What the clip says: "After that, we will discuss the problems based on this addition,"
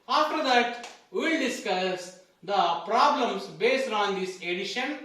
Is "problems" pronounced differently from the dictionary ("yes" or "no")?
yes